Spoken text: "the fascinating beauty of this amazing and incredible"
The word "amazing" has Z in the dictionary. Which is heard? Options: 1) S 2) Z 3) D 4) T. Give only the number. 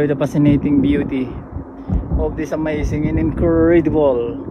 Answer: 1